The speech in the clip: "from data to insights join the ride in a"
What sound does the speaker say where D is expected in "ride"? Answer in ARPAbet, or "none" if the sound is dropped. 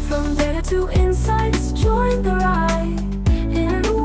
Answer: none